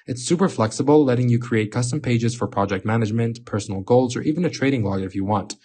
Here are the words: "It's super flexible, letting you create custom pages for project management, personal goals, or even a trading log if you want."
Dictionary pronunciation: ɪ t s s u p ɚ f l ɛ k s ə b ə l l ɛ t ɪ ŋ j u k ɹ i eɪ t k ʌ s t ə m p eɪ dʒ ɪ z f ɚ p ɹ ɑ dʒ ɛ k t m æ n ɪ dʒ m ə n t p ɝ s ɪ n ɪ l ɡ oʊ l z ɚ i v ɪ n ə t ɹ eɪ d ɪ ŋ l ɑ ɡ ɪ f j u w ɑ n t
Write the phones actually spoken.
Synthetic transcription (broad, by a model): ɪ t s s u p ɚ f l ɛ k s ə b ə l l ɛ t ɪ ŋ j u k ɹ i eɪ t k ʌ s t ə m p eɪ dʒ ɪ z f ɚ p ɹ ɑ dʒ ɛ k t m æ n ɪ dʒ m ə n t p ɝ s n l ɡ oʊ l z ɚ i v ɪ n ə t ɹ eɪ d ɪ ŋ l ɑ ɡ ɪ f j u w ɑ n t